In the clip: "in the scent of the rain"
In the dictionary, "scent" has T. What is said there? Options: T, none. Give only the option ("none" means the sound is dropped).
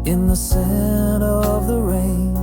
none